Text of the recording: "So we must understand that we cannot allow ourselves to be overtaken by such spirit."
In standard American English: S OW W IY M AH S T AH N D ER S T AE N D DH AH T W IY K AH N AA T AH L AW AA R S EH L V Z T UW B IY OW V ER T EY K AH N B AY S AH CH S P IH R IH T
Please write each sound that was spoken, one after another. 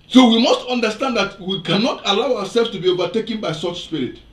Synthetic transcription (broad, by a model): S OW W IY M AH S T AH N D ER S T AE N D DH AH T W IY K AH N AA T AH L AW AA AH S EH L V S T UW B IY OW V ER T EY K AH N B AY S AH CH S P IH R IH T